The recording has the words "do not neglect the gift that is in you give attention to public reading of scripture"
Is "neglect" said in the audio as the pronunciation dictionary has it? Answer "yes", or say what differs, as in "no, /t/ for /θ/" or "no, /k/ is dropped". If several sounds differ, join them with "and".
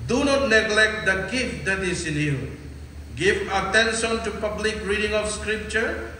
yes